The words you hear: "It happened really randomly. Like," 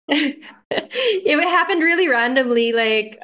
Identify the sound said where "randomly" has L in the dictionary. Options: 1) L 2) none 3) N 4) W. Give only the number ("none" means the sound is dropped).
1